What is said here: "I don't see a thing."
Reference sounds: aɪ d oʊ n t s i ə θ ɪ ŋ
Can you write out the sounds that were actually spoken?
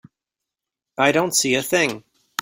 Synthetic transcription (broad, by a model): aɪ d oʊ n t s i ə θ ɪ ŋ